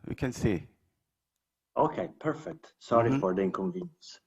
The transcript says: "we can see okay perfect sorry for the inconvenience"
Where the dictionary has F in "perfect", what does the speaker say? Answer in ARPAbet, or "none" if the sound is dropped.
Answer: F